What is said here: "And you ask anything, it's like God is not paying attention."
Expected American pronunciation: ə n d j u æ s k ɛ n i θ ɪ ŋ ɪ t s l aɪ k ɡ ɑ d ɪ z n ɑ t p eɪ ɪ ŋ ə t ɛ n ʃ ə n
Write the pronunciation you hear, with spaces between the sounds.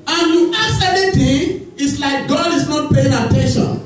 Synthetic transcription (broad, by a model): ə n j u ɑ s ɛ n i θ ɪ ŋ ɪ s l aɪ k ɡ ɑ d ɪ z n ɑ t p eɪ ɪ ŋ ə t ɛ n ʃ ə n